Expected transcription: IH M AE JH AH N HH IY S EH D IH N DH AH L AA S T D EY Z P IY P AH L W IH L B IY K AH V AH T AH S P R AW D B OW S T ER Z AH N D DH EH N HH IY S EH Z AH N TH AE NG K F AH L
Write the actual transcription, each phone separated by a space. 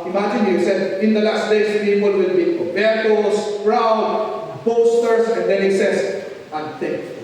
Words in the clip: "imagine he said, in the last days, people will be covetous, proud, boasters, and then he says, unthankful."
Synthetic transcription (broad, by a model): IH M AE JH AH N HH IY S EH D IH N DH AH L AA S T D EY S P IY P AH L W IH L B IY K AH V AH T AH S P R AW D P OW S T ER S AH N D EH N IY S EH S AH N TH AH